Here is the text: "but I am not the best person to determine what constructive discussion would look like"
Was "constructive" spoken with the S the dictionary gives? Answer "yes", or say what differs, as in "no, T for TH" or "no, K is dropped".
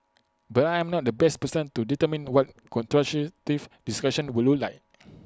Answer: no, S is dropped